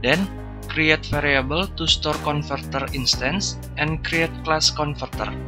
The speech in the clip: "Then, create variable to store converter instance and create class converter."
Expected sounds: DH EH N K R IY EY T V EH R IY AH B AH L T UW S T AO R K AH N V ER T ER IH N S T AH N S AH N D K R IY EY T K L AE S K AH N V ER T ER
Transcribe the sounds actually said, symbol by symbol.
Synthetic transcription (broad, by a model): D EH N K R IY EY T F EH R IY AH B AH L T UW S T AO R K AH N F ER T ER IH N S T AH N S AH N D K R IY EY T K L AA S K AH N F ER T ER